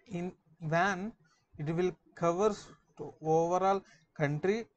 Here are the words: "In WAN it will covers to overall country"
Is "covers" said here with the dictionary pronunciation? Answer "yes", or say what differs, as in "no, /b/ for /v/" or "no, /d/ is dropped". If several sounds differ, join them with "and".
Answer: no, /s/ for /z/